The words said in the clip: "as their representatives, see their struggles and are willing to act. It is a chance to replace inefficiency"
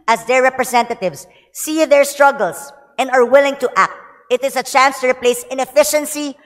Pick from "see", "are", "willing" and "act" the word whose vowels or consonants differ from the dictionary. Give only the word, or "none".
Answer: none